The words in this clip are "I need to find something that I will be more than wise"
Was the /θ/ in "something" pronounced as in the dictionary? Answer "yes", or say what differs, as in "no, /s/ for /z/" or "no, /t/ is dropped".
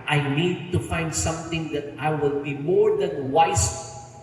no, /t/ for /θ/